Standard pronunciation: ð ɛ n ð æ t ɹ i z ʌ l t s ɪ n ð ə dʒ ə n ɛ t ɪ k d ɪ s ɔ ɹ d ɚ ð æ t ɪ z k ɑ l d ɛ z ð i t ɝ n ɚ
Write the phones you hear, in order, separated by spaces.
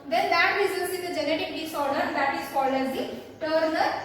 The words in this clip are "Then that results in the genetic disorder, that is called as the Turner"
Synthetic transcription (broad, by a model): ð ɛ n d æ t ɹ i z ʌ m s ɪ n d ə dʒ ə n ɛ t ɪ k d ɪ s ɔ ɹ d ɚ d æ t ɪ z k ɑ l ʌ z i t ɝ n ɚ